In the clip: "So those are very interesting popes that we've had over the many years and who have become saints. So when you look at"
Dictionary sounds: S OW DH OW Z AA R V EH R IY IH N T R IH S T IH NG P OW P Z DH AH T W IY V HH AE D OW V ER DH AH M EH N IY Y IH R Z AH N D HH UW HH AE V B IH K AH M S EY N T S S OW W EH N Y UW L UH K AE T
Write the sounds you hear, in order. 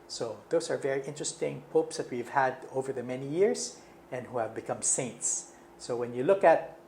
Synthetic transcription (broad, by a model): S OW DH OW S AA R V EH R IY IH N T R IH S T IH NG P OW P S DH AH T W IY V HH AE D OW V ER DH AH M EH N IY Y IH R S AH N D HH UW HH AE V B IH K AH M S EY N T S S OW W EH N Y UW L UH K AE T